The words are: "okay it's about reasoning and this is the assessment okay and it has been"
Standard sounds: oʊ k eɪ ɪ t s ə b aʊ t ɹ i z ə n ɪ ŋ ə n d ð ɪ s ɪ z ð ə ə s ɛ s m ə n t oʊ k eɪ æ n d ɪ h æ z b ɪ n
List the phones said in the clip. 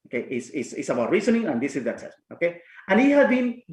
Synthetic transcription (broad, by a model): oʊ k eɪ ɪ t s ə b aʊ t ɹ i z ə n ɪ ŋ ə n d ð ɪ s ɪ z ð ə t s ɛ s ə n oʊ k eɪ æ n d ɪ h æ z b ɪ n